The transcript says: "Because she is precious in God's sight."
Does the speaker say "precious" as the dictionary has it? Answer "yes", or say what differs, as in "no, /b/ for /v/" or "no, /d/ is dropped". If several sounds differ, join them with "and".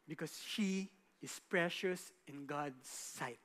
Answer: yes